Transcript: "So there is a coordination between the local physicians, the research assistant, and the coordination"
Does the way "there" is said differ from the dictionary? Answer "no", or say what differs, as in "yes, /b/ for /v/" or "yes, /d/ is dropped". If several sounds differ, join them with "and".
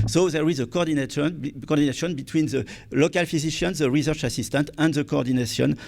no